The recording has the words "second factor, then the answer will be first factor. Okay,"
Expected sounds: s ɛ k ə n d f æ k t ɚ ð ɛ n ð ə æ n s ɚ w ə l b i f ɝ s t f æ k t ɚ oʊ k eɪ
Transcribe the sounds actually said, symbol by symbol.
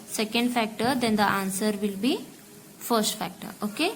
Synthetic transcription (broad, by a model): s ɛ k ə n d f æ k t ɚ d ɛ n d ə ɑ n s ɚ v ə l b i f ɝ s t f æ k t ɚ oʊ k eɪ